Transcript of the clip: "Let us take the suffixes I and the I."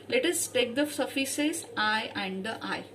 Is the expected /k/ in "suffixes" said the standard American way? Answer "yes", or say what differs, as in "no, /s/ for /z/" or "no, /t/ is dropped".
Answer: no, /k/ is dropped